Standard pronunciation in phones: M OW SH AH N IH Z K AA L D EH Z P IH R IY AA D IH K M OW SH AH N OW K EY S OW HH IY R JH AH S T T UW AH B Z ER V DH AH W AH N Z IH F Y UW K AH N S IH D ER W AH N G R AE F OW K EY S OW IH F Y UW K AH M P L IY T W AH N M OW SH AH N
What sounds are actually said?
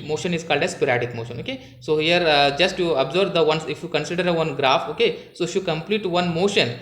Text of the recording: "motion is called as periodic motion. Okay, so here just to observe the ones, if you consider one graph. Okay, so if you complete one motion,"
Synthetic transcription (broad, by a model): M OW SH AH N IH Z K AA L D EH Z P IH R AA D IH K M OW SH AH N OW K EY S OW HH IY R JH AH S T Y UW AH B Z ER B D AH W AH N S IH F Y UW K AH N S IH D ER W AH N G R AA F OW K EY S OW IH F Y UW K AH M P L IY T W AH N M OW SH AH N